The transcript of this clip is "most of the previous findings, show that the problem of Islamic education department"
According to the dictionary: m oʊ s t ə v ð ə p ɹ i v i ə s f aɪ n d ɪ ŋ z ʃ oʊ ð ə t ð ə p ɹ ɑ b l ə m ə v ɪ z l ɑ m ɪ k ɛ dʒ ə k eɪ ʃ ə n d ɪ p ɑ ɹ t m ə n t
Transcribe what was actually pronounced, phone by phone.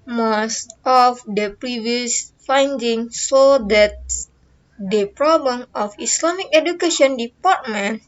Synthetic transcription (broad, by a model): m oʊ s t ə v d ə p ɹ i v i ə s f aɪ n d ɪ ŋ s oʊ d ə t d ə p ɹ ɑ b l ə m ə f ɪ s l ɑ m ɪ k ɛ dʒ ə k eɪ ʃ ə n d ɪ p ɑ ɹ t m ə n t